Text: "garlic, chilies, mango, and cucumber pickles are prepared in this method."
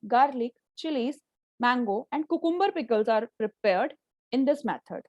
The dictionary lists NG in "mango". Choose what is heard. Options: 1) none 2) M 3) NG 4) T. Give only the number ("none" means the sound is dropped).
3